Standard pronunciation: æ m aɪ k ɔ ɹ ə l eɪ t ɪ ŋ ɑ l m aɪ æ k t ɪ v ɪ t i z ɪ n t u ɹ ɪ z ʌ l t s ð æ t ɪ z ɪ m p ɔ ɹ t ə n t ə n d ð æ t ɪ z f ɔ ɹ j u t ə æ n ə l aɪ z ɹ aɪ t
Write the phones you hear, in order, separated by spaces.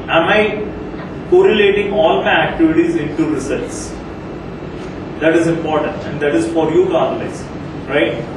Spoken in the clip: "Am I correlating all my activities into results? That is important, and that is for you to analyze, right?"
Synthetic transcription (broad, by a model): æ m aɪ k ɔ ɹ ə l eɪ t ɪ ŋ ɑ l m aɪ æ k t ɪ v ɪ t i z ɪ n t u ɹ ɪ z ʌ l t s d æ t ɪ z ɪ m p ɔ ɹ t ə n t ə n d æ t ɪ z f ɔ ɹ j u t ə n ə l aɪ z ɹ aɪ t